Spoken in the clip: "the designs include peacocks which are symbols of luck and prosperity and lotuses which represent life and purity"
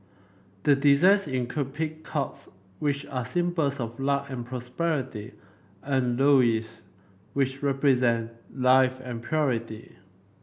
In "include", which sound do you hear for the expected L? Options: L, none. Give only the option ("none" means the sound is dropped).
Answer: none